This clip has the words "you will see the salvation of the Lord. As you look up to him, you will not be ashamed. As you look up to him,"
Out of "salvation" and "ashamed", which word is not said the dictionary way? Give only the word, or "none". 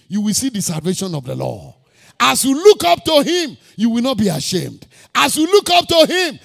none